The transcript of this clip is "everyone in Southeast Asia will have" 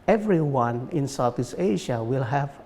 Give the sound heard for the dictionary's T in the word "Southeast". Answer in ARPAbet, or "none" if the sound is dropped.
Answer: none